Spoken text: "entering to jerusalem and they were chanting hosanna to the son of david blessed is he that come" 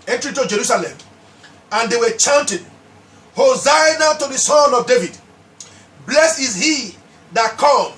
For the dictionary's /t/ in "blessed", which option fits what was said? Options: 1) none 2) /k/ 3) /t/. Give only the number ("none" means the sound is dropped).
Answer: 1